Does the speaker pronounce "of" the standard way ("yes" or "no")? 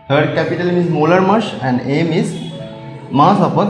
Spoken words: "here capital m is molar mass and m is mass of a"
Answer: no